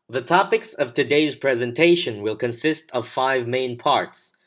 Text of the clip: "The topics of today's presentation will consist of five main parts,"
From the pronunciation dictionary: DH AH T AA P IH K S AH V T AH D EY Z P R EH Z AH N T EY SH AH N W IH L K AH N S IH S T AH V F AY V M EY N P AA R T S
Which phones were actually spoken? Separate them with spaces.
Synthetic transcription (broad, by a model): DH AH T AA P IH K S AH V T AH D EY Z P R EH Z AH N T EY SH AH N W IH L K AH N S IH S T AH V F AY V M EY N P AA R T S